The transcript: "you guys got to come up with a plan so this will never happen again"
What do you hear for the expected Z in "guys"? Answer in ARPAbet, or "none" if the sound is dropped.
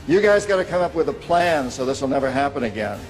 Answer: Z